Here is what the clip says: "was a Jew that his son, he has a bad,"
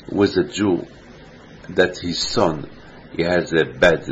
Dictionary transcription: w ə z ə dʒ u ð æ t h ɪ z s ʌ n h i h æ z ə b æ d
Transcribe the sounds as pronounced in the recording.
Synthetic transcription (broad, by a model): w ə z ə dʒ u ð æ t h ɪ z s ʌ n h i h æ z ə b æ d